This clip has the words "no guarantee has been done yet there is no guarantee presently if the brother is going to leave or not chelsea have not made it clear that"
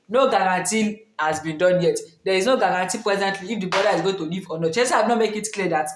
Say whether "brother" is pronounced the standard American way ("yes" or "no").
no